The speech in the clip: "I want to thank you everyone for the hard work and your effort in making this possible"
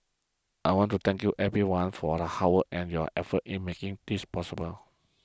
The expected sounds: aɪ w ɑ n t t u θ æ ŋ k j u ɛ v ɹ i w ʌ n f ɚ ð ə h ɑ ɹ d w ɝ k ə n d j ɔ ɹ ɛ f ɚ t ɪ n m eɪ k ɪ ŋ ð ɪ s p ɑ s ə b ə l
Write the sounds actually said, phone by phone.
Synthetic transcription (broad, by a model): aɪ w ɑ n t t u t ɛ ŋ k j u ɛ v ɹ i w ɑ n f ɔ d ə h ɑ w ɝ ə n j ɔ ɛ f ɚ t ɪ n m eɪ k ɪ ŋ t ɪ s p ɑ s ə b ə l